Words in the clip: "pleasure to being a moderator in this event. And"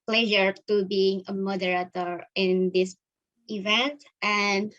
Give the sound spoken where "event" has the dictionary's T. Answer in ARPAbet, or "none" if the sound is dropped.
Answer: T